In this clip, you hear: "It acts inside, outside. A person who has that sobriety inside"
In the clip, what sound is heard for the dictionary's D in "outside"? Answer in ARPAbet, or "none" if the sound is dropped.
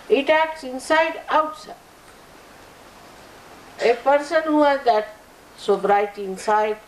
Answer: none